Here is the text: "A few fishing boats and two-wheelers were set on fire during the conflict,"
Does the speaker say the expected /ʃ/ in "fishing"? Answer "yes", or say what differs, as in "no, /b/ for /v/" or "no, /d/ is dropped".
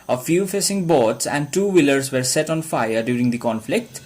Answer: no, /s/ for /ʃ/